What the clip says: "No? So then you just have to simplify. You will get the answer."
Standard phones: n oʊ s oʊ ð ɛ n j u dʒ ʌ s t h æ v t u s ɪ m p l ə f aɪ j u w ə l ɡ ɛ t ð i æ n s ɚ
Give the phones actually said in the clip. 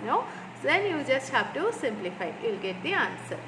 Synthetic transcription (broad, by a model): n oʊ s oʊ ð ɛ n j u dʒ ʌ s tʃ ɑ p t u s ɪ m p l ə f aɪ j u l ɡ ɛ t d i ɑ n s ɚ